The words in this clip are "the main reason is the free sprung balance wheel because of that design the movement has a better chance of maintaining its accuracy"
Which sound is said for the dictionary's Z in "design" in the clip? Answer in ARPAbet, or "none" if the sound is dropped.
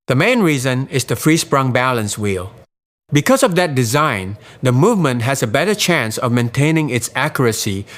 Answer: Z